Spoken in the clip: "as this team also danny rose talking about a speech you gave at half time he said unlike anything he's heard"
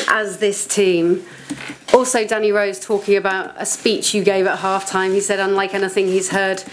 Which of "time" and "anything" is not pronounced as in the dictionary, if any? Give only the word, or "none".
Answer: none